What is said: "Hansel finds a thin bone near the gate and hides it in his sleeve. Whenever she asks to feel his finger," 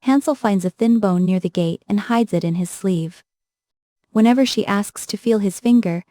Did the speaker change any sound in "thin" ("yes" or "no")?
no